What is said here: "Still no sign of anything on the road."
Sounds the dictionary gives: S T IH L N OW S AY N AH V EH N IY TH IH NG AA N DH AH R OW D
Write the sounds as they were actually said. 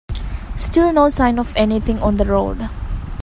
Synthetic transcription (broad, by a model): S T IH L N OW S AY N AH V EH N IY T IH NG AA N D AH R OW D